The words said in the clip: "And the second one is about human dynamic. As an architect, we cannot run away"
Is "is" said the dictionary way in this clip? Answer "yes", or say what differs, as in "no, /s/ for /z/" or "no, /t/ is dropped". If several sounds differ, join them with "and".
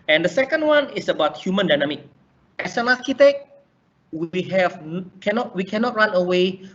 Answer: no, /s/ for /z/